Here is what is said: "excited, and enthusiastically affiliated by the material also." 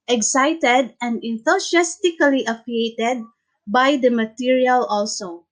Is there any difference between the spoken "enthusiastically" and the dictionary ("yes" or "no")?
yes